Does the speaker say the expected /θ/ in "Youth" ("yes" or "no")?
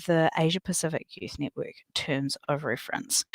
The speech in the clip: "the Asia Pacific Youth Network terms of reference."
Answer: yes